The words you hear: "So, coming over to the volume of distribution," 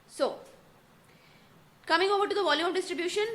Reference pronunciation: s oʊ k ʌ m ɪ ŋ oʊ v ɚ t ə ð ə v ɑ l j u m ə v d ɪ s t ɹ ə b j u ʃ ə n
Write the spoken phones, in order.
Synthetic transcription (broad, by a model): s oʊ k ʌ m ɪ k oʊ b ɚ t ə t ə v ɑ l j u m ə f d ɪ s t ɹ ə b j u ʃ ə n